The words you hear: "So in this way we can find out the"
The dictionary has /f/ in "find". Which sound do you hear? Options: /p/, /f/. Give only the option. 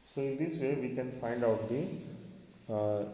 /f/